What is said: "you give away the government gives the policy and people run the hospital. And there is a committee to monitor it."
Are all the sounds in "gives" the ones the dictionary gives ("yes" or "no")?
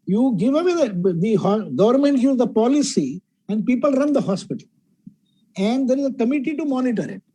no